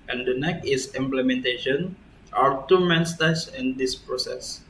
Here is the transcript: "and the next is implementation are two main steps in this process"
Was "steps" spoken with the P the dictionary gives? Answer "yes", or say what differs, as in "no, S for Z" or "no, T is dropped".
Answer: no, P is dropped